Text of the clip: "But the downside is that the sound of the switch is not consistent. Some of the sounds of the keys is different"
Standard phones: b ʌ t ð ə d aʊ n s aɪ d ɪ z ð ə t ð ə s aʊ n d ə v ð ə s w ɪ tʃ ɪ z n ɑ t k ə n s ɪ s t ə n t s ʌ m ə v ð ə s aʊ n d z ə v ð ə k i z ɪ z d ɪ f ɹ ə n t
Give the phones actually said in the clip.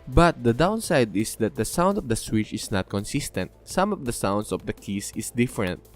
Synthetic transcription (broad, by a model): b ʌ t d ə d aʊ n s aɪ d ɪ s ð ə t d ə s aʊ n d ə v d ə s w ɪ tʃ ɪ s n ɑ t k ə n s ɪ s t ə n t s ʌ m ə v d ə s aʊ n d s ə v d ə k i s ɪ s d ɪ f ɹ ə n t